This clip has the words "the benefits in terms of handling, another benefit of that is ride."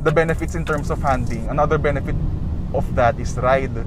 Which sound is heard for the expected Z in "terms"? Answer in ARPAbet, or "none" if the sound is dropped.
S